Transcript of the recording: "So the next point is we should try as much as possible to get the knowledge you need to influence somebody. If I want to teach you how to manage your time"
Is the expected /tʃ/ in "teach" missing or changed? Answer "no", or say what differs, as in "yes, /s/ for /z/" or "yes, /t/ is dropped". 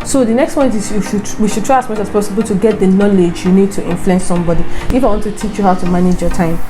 no